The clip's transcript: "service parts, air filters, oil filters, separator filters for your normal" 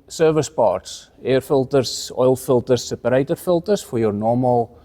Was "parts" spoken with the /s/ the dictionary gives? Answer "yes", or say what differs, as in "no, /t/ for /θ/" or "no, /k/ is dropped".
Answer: yes